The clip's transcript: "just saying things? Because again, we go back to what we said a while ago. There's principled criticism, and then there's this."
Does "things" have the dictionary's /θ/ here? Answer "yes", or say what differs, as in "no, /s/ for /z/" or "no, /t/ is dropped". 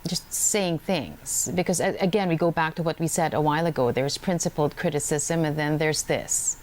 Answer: yes